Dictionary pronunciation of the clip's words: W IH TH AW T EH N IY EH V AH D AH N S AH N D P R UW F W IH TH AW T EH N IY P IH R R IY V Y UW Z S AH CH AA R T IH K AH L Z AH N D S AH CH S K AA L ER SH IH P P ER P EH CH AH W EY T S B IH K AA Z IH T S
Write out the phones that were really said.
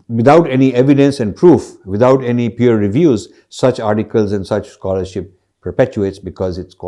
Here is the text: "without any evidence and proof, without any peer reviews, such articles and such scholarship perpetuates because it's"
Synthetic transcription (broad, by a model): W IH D AW T EH N IY EH V AH D AH N S AH N D P R UW F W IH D AW T EH N IY P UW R R IY V Y UW Z S AH CH AA R T IH K AH L Z AH N D S AH CH S K AA L ER SH IH P P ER P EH CH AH EY T S B IH K AA Z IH T S